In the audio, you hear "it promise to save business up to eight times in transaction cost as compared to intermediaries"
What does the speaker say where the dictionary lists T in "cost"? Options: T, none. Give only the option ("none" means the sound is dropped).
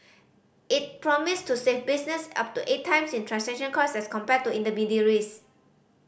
none